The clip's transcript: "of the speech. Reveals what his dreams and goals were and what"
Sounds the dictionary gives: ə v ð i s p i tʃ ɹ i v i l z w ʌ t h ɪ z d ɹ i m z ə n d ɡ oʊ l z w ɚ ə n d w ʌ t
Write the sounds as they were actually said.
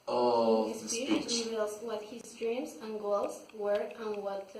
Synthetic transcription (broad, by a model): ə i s i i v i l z w ʌ t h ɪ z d ɹ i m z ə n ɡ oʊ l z w ɚ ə n w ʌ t